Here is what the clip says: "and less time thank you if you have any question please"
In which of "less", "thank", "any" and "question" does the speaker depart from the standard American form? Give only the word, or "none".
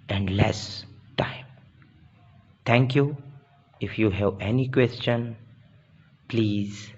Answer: thank